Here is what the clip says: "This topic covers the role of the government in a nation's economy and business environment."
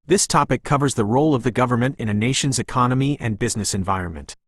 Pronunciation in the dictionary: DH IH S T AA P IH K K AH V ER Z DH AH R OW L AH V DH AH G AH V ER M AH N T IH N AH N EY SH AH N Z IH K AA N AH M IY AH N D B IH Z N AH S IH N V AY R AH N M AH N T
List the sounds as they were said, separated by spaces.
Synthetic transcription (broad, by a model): DH IH S T AA P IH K K AH V ER Z DH AH R OW L AH V DH AH G AH V ER M AH N T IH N AH N EY SH AH N Z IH K AA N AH M IY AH N B IH Z N AH S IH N V AY R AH N M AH N T